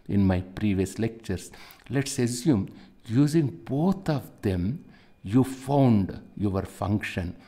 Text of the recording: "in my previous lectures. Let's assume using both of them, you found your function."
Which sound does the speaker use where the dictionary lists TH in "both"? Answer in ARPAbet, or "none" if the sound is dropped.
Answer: T